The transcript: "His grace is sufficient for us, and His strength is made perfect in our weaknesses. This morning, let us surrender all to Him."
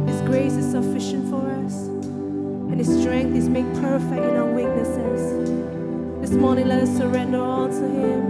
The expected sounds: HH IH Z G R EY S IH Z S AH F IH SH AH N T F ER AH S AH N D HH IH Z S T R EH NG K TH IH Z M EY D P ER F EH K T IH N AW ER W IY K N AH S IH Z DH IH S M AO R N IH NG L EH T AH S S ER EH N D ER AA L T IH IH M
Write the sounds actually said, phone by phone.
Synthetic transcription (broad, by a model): HH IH Z G R EY S IH Z S AH F IH SH AH N T F ER AH S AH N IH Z S T R EH NG K TH IH Z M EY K P ER F EH K T IH N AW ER W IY K N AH S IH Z DH IH S M AO R N IH NG L EH T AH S S ER EH N D ER AA L T IH IH M